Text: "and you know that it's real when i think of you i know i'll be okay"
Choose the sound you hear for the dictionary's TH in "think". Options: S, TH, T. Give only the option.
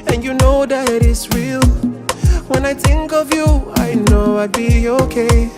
TH